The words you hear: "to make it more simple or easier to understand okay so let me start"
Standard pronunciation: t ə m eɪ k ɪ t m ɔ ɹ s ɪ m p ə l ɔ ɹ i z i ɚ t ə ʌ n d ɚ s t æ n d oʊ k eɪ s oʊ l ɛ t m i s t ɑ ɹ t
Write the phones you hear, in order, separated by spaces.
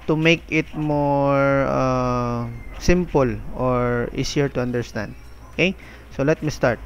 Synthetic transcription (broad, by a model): t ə m eɪ k ɪ t m ɔ ɹ s ɪ m p ə l ɔ ɹ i s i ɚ t ə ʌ n d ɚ s t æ n d oʊ k eɪ s oʊ l ɛ t m i s t ɑ ɹ t